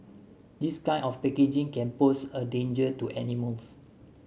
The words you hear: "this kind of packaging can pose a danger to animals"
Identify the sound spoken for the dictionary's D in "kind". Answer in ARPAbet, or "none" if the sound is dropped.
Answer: none